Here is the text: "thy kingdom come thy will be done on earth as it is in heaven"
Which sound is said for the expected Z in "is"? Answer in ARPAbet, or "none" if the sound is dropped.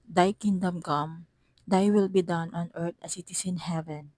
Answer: S